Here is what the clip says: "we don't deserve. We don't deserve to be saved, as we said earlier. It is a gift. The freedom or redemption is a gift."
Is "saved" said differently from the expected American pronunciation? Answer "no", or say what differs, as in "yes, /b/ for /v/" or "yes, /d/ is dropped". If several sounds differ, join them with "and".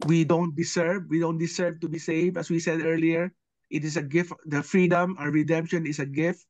yes, /d/ is dropped